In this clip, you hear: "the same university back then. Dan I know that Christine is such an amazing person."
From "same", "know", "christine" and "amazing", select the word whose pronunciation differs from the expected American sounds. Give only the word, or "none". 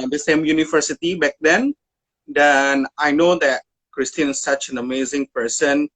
christine